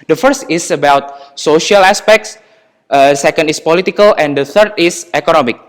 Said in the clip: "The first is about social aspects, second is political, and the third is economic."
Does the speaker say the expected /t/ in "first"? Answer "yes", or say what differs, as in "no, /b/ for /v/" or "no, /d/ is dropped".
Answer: yes